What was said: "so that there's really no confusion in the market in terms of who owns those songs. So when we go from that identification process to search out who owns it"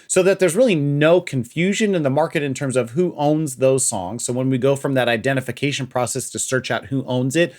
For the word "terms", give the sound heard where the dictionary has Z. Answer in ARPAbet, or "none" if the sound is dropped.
Z